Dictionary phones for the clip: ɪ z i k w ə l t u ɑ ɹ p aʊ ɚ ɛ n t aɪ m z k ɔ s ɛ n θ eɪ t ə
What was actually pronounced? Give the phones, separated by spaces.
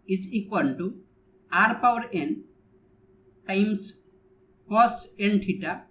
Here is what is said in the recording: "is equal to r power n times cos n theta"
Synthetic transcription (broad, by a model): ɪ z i k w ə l t u ɑ ɹ p aʊ ɚ ɛ n t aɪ m s k ɔ s ɛ n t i t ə